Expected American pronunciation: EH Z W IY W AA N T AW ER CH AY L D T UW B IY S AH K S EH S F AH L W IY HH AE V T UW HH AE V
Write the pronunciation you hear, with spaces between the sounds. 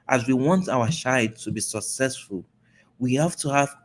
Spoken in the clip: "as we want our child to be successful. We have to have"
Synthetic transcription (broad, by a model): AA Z W IY W AA N T AW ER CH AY D T UW B IY S AH K S EH S F AH L W IY HH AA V T UW HH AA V